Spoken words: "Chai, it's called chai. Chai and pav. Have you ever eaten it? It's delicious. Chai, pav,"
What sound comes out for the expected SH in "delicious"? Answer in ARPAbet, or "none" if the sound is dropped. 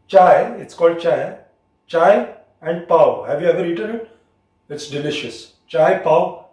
SH